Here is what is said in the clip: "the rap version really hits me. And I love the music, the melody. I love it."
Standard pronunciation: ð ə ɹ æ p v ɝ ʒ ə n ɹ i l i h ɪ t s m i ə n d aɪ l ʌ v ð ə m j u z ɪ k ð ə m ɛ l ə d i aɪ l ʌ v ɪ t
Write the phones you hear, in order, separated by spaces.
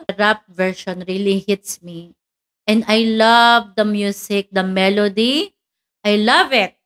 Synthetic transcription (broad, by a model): ɹ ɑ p v ɝ ʃ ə n ɹ i l i h ɪ t s m i ə n d aɪ l ʌ v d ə m j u s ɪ k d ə m ɛ l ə d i aɪ l ʌ v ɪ t